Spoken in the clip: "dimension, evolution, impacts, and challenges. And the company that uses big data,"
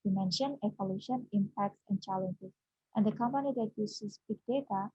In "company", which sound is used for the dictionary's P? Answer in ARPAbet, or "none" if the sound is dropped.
P